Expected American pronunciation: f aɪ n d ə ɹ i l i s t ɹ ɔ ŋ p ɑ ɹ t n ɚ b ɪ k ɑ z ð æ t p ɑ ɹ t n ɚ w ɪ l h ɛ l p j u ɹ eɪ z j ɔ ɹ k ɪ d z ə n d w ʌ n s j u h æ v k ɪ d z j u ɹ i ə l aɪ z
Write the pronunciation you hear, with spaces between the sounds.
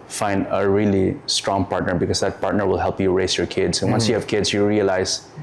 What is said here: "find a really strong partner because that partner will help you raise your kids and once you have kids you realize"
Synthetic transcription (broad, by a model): f aɪ n d ə ɹ i l i s t ɹ ɔ ŋ p ɑ ɹ t n ɚ b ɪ k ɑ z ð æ t p ɑ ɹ t n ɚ w ɪ l h ɛ l p j u ɹ eɪ s j ɔ ɹ k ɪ d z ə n w ʌ n s j u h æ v k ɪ d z j u ɹ i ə l aɪ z